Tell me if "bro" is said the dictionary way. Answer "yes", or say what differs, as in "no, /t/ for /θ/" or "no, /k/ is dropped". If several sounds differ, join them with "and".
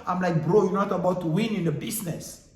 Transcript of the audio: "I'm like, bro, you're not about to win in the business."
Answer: yes